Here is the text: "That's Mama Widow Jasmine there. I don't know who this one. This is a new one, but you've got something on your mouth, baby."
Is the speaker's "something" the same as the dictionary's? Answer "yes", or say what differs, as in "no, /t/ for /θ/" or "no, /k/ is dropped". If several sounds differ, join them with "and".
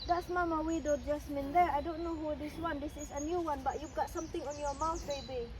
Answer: no, /t/ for /θ/